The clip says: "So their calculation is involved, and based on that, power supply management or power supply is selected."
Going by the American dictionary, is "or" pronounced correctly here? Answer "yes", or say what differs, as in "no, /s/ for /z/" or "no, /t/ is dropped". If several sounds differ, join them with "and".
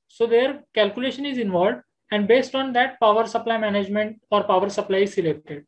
yes